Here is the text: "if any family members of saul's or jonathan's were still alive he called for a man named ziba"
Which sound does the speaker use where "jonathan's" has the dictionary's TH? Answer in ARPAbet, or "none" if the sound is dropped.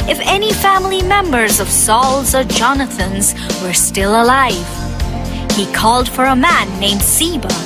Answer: TH